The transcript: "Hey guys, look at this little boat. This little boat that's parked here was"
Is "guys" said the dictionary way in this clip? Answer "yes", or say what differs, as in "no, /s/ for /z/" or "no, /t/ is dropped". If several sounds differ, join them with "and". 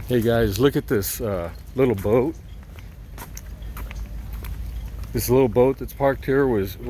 yes